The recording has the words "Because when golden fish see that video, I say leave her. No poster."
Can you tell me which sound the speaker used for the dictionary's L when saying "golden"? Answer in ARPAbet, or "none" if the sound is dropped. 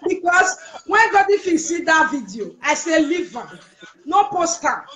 none